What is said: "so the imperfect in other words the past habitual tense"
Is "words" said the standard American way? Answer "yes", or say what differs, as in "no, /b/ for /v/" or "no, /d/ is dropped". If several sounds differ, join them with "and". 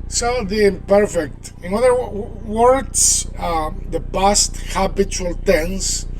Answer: no, /s/ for /z/